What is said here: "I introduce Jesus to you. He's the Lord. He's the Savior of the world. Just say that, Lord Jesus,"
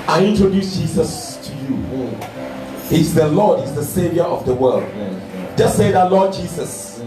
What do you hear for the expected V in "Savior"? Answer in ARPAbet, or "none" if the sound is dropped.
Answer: V